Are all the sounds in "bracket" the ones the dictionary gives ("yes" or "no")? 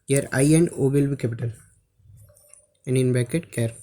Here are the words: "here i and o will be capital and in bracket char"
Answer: no